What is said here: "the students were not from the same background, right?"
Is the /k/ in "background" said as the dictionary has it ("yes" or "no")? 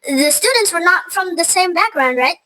yes